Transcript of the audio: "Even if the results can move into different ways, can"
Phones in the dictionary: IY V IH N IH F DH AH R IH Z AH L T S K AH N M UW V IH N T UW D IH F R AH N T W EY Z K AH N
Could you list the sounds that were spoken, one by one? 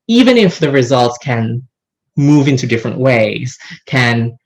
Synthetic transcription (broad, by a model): IY V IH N IH F DH AH R IH Z AH L T S K AH N M UW V IH N T UW D IH F R AH N T W EY Z K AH N